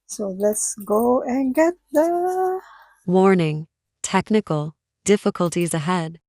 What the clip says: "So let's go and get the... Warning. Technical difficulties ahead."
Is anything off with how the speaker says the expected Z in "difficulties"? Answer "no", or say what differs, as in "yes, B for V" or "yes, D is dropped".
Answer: no